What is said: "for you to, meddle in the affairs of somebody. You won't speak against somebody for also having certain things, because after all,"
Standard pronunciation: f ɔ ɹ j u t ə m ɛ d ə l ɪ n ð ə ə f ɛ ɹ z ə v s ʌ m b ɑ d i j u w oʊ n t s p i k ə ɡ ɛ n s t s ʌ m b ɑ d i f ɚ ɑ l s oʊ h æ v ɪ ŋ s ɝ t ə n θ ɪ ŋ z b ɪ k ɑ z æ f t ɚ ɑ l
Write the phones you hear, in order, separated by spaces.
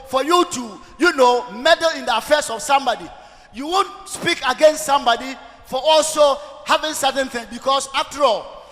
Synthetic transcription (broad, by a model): f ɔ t j u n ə m ɛ d ə l ɪ n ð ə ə f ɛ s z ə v s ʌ m b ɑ d i j u w oʊ n t s p i k ə ɡ ɛ n s t s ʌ m b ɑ d i f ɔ ɑ l s oʊ h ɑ v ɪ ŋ s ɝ t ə n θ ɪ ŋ b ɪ k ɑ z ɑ f t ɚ ɑ l